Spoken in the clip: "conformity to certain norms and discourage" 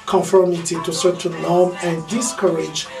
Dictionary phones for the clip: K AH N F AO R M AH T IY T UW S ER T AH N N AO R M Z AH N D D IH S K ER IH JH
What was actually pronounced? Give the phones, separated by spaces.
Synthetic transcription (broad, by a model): K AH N F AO R M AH T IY T UW S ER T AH N L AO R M AH N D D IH S K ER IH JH